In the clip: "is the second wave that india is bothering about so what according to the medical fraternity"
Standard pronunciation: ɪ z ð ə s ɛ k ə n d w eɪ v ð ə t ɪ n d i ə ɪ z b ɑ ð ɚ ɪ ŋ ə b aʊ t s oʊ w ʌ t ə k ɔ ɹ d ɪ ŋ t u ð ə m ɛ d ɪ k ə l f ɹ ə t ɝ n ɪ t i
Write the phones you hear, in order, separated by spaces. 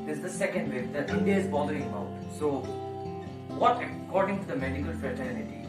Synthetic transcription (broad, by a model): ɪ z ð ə s ɛ k ə n d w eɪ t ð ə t ɪ n d i ə ɪ z b ɑ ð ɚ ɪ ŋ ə ʊ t s oʊ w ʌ t ə k ɔ ɹ d ɪ ŋ t u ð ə m ɛ d ɪ k ə l f ɹ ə t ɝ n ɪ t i